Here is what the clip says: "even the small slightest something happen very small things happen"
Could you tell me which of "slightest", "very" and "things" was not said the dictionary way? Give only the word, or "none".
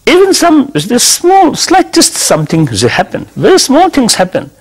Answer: things